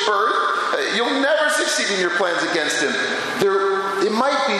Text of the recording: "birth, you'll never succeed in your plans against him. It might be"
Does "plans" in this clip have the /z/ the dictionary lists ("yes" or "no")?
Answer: yes